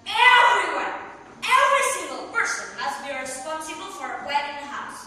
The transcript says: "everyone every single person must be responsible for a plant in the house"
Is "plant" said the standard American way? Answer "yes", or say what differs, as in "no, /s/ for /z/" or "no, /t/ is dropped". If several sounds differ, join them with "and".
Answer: no, /n/ is dropped